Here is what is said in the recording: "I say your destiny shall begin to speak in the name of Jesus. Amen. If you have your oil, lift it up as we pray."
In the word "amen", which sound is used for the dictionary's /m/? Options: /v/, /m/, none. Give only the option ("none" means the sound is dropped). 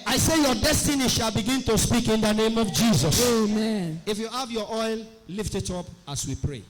/m/